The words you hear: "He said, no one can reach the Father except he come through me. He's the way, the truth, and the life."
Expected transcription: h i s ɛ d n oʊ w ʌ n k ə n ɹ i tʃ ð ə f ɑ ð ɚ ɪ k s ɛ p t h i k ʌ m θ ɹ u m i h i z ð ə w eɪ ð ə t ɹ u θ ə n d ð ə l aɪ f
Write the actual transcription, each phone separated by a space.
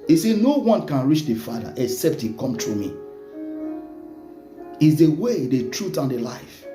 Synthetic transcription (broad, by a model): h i s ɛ n oʊ w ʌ n k ə n ɹ i tʃ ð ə f ɑ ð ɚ ɪ k s ɛ p t h i k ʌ m t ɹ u m i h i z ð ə w eɪ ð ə t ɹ u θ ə n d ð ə l aɪ f